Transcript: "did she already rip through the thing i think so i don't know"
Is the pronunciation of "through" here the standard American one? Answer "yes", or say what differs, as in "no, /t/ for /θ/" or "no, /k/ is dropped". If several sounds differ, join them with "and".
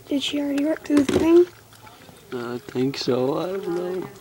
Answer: no, /ɹ/ is dropped